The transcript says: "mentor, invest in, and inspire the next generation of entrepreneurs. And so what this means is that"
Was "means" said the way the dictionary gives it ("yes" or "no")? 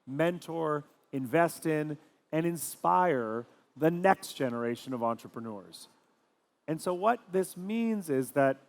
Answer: yes